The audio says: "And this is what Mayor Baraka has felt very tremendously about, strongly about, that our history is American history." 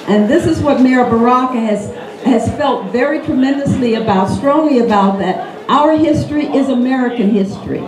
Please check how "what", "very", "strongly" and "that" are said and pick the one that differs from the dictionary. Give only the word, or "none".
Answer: none